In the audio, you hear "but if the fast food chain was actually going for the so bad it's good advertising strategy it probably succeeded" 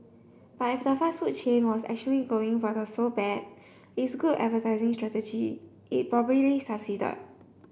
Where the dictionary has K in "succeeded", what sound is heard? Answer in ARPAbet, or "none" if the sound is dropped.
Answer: none